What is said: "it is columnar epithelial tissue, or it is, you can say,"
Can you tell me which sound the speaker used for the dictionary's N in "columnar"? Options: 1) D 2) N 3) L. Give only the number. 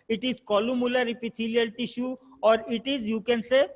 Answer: 3